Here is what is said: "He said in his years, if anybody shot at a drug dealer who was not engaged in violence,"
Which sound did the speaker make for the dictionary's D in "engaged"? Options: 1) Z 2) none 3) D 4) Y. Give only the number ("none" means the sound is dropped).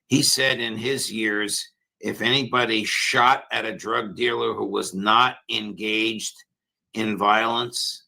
3